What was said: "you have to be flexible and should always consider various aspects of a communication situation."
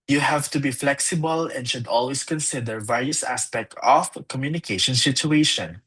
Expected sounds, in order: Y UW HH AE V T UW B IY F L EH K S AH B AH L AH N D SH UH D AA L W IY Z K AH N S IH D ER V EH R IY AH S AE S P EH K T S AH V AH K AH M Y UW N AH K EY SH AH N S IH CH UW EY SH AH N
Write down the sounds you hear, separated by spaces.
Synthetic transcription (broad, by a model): Y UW HH AE V T UW B IY F L EH K S AH B AH L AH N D SH UH D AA L W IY S K AH N S IH D ER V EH R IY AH S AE S P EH K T AH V K AH M Y UW N AH K EY SH AH N S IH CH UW EY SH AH N